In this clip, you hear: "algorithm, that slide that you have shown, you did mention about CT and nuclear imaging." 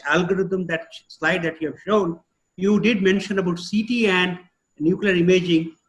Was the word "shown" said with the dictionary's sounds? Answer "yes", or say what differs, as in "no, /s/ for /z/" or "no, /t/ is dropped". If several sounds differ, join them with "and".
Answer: yes